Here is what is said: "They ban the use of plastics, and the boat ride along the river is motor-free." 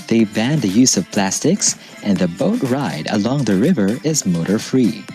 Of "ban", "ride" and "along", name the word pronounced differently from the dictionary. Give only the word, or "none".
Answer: none